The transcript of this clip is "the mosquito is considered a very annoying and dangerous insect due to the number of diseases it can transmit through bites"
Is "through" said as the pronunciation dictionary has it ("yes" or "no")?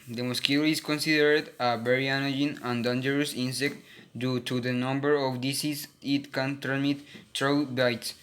no